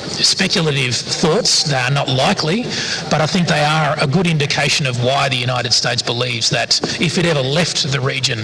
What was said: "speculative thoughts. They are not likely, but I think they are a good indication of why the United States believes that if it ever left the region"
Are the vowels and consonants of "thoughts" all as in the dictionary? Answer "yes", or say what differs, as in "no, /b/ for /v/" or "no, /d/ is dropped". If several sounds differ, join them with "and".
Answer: yes